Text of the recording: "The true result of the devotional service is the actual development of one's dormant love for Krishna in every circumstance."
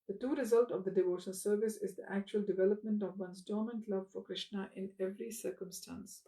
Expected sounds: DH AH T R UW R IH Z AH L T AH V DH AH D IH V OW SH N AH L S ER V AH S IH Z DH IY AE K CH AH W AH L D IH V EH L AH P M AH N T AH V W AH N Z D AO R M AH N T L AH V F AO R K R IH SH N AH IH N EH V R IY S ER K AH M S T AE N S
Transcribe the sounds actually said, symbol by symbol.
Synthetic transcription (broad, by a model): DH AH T UW R IH Z AH L T AH V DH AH D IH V OW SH AH N S ER V AH S IH Z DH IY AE K CH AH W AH L D IH V EH L AH P M AH N T AH V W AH N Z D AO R M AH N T L AH V F AO R K R IH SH N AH IH N EH V R IY S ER K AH M S T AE N S